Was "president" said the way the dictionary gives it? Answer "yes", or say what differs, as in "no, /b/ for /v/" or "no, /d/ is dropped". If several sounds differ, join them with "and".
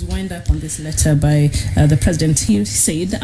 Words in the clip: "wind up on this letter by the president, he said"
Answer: yes